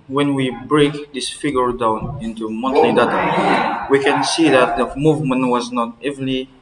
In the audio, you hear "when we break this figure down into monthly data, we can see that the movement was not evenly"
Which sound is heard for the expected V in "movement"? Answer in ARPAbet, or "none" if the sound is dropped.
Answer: V